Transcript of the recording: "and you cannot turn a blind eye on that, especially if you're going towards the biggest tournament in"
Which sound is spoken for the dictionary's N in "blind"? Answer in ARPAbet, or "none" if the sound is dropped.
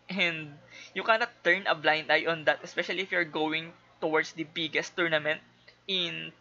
N